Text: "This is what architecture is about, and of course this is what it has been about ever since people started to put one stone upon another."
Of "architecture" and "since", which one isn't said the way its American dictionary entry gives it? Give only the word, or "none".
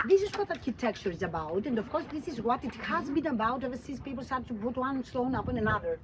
since